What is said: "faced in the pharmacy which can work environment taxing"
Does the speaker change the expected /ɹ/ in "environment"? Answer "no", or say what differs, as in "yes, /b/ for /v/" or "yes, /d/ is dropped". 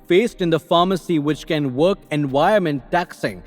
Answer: yes, /ɹ/ is dropped